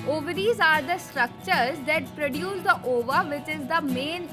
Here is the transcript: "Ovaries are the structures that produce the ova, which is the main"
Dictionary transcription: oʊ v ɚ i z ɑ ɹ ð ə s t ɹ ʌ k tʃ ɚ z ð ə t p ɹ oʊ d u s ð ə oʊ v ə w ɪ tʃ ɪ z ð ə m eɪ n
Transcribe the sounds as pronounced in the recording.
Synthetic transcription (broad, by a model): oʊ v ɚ i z ɑ ɹ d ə s t ɹ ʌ k tʃ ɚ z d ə t p ɹ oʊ d u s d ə oʊ v ə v ɪ tʃ ɪ z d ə m eɪ n